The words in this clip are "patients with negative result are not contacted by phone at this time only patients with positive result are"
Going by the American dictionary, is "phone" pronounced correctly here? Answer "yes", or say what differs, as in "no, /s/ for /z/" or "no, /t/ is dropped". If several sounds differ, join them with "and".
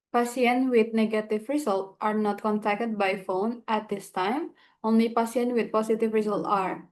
yes